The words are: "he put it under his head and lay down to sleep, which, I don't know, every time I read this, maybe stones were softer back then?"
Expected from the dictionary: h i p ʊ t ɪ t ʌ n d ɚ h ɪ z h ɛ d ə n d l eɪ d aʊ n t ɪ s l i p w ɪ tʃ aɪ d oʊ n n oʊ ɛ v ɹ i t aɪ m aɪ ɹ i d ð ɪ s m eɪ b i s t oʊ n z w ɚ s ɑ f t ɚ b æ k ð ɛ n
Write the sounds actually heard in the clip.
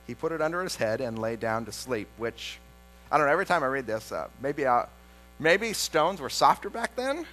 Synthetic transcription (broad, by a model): h i p ʊ t ɪ t ʌ n d ɚ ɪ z h ɛ d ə n l eɪ d aʊ n t ɪ s l i p w ɪ tʃ aɪ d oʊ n n oʊ ɛ v ɹ i t aɪ m aɪ ɹ i d ð ɪ s m eɪ b i s t oʊ n z w ɚ s ɑ f t ɚ b æ k ð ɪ n